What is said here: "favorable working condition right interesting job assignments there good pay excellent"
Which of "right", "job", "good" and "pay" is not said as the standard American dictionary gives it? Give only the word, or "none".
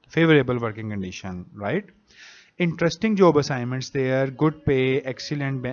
none